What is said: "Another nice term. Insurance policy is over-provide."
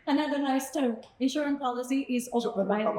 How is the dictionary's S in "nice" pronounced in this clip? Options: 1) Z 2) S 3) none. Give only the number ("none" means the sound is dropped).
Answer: 2